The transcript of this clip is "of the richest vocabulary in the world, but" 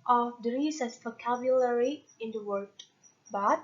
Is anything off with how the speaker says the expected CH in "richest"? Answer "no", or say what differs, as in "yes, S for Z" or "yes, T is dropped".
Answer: yes, S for CH